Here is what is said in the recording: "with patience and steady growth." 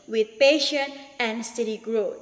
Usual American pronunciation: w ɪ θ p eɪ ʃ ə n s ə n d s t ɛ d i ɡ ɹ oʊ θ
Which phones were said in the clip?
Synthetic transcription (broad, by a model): w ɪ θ p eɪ ʃ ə n ə n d s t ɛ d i ɡ ɹ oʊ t